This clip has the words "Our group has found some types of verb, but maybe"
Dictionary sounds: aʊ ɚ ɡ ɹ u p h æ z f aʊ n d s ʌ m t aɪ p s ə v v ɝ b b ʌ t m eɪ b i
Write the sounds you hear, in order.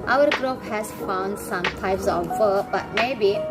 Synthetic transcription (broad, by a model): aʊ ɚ ɡ ɹ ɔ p h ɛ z f aʊ n d s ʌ m t aɪ p s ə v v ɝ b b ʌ t m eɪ b i